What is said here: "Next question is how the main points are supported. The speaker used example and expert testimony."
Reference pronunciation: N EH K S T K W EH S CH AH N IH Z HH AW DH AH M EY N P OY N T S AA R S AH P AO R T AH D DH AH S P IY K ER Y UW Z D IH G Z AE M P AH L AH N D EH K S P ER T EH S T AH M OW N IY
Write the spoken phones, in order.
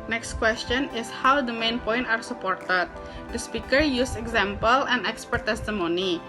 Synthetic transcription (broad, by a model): N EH K S T K W EH S CH AH N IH S HH AW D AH M EY N P OY N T AA R S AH P AO R T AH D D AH S P IY K ER Y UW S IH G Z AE M P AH L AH N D EH K S P ER T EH S T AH M OW N IY